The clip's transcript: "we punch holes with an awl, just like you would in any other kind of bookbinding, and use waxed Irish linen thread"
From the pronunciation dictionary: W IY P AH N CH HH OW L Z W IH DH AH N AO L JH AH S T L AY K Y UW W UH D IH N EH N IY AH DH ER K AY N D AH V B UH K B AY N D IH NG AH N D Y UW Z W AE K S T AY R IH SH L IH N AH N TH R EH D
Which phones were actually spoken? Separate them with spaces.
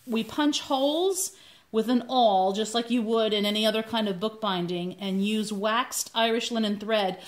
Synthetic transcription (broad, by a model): W IY P AH N CH HH OW L Z W IH DH AH N AO L JH AH S T L AY K Y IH W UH D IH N EH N IY AH DH ER K AY N D AH V B UH K B AY N D IH NG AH N Y UW Z W AE K S T AY R IH SH L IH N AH N TH R EH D